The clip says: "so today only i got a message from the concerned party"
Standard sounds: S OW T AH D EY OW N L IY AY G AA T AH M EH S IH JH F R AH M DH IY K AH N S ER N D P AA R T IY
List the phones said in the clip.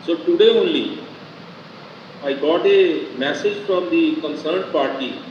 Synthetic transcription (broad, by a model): S OW T AH D EY OW N L IY AY G AA T AH M EH S IH JH F R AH M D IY K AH N S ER N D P AA R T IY